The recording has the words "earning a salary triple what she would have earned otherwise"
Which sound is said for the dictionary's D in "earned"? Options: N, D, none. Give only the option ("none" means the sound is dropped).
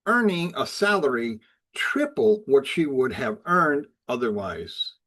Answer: D